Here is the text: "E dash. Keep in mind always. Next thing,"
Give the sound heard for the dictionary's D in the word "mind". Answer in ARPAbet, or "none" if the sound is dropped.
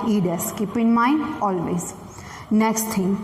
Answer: none